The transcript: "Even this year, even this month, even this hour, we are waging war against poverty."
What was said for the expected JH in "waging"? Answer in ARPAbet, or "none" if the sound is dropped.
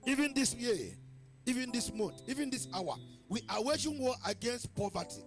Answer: SH